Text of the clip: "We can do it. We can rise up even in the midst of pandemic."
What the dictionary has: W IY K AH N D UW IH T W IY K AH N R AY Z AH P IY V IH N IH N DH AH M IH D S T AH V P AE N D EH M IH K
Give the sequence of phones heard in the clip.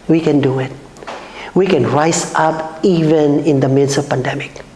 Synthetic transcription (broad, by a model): W IY K AH N D UW IH T W IY K AH N R AY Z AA P IY V IH N IH N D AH M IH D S AH P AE N D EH M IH K